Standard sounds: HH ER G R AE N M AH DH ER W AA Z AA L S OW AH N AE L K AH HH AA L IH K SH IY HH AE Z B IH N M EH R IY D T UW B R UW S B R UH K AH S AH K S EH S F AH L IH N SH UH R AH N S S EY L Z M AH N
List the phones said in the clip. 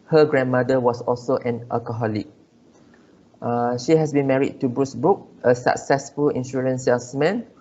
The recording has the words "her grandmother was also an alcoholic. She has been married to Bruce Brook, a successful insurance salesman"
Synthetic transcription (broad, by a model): HH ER G R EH N M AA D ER W AA S AA L S OW AH N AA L K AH HH AA L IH K SH IY HH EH S B IH N M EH R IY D T UW B R UW S B UH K AH S AH K S EH S F AH L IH N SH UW R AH N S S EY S M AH N